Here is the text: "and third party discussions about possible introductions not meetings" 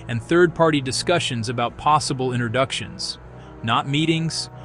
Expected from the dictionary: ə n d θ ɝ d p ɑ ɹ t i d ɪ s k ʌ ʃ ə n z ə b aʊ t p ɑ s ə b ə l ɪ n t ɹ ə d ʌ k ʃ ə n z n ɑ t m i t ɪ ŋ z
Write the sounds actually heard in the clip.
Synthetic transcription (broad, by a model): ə n θ ɝ d p ɑ ɹ t i d ɪ s k ʌ ʃ ə n z ə b aʊ t p ɑ s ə b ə l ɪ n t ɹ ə d ʌ k ʃ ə n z n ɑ t m i t ɪ ŋ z